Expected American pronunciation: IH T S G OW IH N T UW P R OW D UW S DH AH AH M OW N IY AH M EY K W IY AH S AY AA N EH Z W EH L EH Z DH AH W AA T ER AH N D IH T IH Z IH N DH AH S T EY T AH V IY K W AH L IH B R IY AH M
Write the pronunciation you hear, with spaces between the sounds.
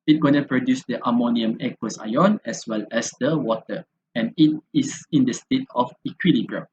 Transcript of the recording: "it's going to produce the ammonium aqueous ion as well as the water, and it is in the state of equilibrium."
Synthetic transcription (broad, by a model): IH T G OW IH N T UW P R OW D UW S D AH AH M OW N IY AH M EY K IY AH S AY AA N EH S W EH L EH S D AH W AA T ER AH N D IH T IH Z IH N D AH S T EY T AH F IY K W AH L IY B R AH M